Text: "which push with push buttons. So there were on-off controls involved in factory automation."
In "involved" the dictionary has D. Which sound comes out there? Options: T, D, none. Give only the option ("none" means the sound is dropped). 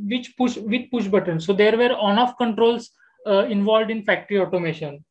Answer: D